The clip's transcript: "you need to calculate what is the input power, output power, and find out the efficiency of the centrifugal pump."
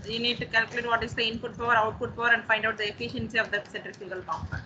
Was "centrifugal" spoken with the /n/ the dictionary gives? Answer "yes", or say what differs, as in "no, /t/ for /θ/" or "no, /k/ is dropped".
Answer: no, /n/ is dropped